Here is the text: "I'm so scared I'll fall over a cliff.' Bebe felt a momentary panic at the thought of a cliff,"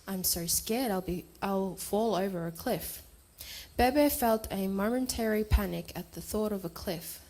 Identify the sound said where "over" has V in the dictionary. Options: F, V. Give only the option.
V